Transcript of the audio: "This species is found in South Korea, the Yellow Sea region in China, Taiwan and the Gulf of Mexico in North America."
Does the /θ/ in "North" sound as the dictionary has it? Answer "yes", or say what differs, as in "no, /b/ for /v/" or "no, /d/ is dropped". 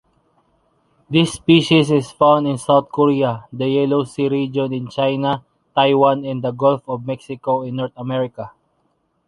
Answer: no, /t/ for /θ/